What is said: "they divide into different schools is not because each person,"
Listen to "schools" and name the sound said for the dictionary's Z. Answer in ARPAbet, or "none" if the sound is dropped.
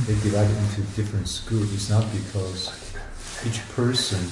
none